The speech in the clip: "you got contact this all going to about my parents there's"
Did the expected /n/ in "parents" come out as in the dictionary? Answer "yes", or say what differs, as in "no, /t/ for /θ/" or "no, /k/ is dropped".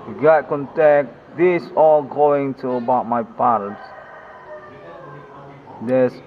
no, /n/ is dropped